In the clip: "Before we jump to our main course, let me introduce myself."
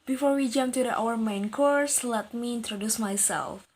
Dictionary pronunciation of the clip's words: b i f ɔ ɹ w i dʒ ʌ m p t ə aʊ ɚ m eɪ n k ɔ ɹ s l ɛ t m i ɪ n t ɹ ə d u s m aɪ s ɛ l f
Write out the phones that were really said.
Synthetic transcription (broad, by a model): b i f ɔ ɹ w i dʒ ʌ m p t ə aʊ ɚ m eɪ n k ɔ ɹ s l ɛ t m i ɪ n t ɹ ə d u s m aɪ s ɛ l f